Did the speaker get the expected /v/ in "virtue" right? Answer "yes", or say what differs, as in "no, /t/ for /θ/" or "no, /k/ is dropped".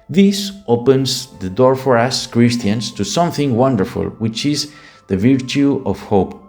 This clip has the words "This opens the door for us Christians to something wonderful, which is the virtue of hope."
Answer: yes